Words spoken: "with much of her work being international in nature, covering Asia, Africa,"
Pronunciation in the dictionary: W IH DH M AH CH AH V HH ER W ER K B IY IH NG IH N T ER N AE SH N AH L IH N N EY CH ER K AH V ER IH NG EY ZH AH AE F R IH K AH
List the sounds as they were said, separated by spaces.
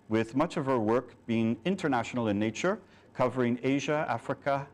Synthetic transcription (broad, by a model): W IH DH M AH CH AH V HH ER W ER K B IY IH NG IH N T ER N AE SH N L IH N N EY CH ER K AH V ER IH NG EY ZH AH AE F R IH K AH